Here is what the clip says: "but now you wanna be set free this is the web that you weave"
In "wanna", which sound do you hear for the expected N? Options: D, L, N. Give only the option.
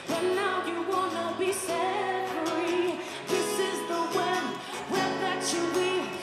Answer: N